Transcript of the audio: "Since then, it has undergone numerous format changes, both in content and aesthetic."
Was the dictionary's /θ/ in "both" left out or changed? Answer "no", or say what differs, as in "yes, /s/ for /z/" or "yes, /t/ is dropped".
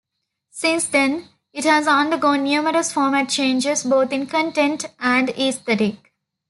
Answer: yes, /t/ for /θ/